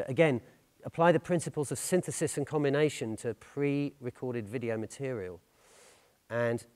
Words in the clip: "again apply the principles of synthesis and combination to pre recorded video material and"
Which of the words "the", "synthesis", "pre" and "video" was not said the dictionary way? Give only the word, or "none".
none